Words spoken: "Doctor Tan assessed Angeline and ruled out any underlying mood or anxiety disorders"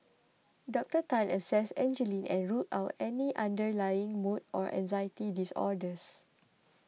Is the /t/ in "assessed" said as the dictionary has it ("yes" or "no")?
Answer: no